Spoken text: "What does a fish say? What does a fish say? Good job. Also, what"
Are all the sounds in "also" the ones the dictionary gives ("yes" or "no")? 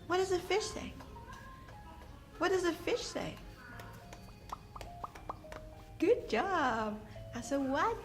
no